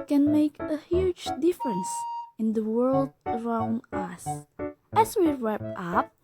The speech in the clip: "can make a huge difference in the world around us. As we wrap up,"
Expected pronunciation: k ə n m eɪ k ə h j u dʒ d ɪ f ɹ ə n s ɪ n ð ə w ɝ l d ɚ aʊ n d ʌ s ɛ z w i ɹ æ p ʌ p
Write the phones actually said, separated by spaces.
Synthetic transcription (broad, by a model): k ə n m eɪ k ə h j u dʒ d ɪ f ɹ ə n s ɪ n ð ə w ɝ l d ɚ aʊ n d ʌ s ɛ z w i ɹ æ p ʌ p